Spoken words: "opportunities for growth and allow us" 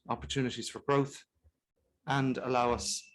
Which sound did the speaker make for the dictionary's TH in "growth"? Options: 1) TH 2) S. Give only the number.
1